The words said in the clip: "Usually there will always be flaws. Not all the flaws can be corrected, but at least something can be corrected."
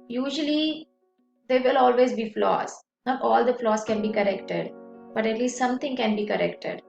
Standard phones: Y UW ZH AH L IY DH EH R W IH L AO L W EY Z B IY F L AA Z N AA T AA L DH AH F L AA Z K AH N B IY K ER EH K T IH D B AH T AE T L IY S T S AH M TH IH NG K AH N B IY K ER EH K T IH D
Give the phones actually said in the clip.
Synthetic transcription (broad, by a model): Y UW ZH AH L IY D EH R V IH L AO L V EY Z B IY F L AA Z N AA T AA L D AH F L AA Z K AH N B IY K ER EH K T IH D B AH T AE T L IY S T S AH M T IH NG K AH N B IY K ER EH K T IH D